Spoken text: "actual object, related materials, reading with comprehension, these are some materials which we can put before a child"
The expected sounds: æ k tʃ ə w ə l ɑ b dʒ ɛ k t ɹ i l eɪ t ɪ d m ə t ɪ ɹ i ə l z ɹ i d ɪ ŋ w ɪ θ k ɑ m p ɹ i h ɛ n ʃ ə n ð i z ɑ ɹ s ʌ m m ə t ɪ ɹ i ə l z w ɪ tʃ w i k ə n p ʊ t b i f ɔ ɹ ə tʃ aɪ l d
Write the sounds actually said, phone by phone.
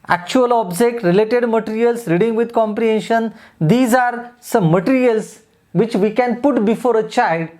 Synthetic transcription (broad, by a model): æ k tʃ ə ə l ɑ b dʒ ɛ k t ɹ i l eɪ t ɪ d m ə t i ɹ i ə l s ɹ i d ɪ ŋ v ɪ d k ɑ m p ɹ i h ɛ n ʃ ə n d i z ɑ ɹ s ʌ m m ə t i ɹ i ə l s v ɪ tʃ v i k ə n p ʊ t b i f ɔ ɹ ə tʃ aɪ l d